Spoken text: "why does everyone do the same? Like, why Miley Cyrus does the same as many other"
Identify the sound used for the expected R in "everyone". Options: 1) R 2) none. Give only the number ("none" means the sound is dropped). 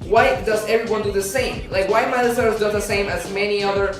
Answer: 1